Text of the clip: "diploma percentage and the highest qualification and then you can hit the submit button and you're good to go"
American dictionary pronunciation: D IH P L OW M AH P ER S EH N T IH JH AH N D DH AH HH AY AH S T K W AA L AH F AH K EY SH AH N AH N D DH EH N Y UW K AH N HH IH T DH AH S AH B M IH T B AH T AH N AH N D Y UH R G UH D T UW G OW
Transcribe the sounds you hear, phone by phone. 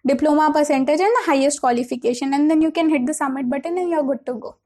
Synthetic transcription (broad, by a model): D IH P L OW M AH P ER S EH N T IH JH AH N D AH HH AY AH S T K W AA L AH F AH K EY SH AH N AH N D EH N Y UW K AH N HH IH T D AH S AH M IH T B AH T AH N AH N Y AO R G UH D T UW G OW